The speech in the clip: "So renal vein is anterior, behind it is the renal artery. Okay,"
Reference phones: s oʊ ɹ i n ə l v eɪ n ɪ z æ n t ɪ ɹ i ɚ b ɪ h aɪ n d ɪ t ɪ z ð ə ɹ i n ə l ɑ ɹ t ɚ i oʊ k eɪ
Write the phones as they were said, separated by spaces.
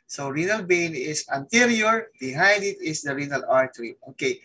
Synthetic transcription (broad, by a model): s oʊ ɹ i n ə l b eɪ n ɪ s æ n t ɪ ɹ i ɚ b ɪ h aɪ n d ɪ t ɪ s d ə ɹ i n ə l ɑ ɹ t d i oʊ k eɪ